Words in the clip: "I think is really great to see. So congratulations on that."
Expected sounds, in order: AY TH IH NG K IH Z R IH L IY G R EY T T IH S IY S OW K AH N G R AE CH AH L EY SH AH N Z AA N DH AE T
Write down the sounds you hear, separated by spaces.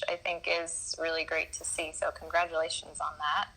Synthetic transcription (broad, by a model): AY TH IH NG K IH Z R IH L IY G R EY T T IH S IY S OW K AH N G R AE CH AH L EY SH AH N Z N DH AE T